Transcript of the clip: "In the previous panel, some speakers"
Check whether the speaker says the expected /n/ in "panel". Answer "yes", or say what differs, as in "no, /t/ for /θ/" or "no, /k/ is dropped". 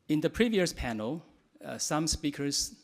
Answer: yes